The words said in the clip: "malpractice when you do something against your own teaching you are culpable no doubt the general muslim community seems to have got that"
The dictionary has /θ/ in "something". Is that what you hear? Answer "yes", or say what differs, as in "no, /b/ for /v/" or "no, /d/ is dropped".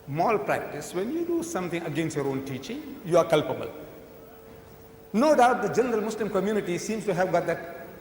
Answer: no, /t/ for /θ/